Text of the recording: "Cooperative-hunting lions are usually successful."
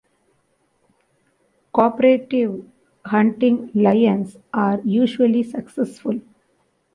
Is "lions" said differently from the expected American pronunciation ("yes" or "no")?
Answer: yes